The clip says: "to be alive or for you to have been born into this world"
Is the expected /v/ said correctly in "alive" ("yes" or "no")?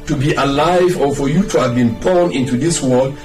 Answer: yes